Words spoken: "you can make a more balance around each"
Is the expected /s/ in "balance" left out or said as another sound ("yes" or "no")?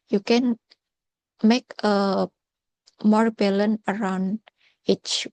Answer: yes